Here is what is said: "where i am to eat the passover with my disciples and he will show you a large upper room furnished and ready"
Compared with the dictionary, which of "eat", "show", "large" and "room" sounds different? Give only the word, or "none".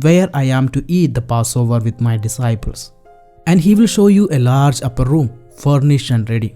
none